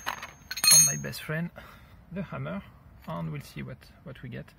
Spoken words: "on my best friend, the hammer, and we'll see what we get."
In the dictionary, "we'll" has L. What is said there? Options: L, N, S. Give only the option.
L